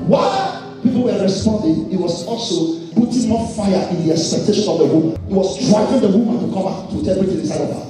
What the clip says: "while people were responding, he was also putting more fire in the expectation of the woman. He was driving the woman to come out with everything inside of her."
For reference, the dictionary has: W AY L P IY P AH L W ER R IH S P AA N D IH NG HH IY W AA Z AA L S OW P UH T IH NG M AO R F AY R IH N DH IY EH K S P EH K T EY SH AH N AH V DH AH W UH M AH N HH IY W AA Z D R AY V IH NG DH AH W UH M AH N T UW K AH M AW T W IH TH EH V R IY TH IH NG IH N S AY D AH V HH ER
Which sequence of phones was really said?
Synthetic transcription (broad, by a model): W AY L P IY P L W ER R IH S P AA N D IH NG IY W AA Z AA L S OW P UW T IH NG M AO F AY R IH N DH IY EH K S P EH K T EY SH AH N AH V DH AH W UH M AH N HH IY W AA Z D R AY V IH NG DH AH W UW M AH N T UW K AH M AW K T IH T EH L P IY T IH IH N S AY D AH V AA